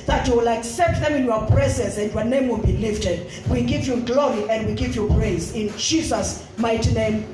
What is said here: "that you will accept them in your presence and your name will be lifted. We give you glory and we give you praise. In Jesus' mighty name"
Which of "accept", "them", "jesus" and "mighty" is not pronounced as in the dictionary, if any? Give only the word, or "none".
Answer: none